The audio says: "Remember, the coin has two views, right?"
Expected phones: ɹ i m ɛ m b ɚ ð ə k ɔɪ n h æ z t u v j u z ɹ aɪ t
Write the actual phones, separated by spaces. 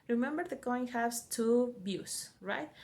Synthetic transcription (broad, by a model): ɹ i m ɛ m b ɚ ð ə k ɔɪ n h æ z t u b j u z ɹ aɪ t